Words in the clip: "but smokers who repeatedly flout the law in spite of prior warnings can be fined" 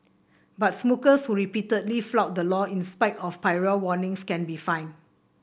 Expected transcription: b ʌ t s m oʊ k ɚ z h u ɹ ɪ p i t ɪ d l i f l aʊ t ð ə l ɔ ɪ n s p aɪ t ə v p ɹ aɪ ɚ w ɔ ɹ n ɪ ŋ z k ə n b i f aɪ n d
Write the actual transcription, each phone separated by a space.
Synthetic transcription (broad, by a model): b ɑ t s m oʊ k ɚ s h u ɹ ɪ p i t ɪ d l i f l aʊ t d ə l ɔ ɪ n s p aɪ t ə f p aɪ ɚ w ɔ n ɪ ŋ s k ə n b i f aɪ n